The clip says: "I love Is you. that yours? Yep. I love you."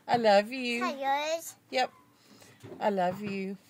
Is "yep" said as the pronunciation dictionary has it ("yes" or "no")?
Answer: yes